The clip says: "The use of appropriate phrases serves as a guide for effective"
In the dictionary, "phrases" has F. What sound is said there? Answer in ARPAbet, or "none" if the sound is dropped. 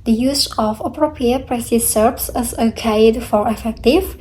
P